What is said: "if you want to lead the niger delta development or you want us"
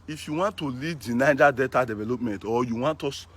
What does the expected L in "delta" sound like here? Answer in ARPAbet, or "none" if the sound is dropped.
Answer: none